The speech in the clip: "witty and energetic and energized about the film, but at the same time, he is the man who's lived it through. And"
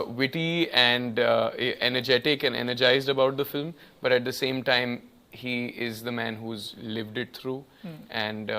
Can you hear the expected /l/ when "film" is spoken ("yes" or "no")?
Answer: yes